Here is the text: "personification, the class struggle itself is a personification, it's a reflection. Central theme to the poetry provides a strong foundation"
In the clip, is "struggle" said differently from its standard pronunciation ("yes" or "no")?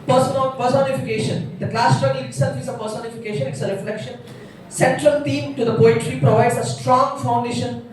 yes